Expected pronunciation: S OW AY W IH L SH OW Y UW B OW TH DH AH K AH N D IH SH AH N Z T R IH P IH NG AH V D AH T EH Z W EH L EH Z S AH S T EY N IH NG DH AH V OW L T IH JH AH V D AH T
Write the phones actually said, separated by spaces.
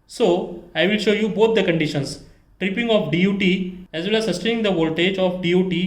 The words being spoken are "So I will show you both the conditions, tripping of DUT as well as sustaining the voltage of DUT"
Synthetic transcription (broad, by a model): S OW AY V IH L SH OW Y UW B OW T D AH K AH N D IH SH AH N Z T R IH P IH NG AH F D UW T EH Z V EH L EH Z S AH S T EY N IH NG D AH V OW L T IH JH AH F D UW T